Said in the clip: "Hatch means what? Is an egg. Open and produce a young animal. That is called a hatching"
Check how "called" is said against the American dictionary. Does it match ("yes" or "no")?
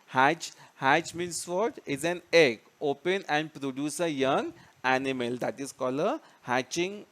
no